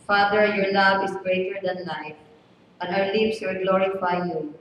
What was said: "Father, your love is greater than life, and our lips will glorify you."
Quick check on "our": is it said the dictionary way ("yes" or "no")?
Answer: no